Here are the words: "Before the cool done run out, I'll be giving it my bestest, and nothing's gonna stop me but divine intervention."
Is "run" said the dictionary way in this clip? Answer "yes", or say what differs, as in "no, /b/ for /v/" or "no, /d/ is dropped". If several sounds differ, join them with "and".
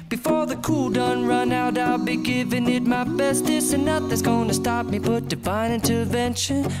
yes